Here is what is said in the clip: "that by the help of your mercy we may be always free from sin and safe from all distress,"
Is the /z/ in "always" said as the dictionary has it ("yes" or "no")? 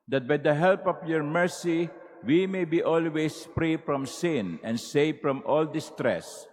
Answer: no